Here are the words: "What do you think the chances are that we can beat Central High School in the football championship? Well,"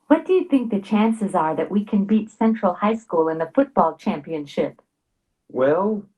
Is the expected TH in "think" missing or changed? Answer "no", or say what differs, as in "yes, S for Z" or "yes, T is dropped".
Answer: no